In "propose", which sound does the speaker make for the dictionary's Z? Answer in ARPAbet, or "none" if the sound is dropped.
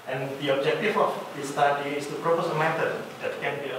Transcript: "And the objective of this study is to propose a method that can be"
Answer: S